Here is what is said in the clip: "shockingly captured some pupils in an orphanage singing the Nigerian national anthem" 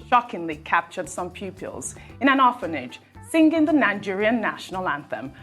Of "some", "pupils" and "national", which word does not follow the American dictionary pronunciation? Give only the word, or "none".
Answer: none